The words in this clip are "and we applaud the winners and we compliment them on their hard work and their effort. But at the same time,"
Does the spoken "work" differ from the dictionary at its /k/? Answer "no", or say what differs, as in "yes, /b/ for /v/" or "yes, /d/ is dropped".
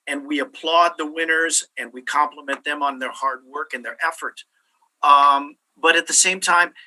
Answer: no